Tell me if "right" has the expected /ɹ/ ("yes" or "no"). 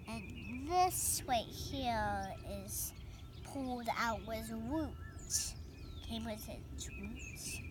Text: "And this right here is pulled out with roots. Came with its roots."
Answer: no